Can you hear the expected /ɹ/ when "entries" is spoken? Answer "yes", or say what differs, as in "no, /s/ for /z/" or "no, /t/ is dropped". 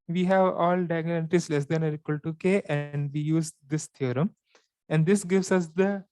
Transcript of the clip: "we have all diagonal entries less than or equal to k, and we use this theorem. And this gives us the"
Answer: no, /ɹ/ is dropped